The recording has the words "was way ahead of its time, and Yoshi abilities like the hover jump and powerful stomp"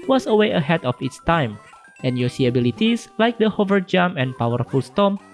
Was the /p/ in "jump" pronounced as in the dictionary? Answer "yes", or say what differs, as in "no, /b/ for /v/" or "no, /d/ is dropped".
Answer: no, /p/ is dropped